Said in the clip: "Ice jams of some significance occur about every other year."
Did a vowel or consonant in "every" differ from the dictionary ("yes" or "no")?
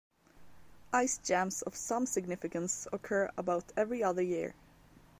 no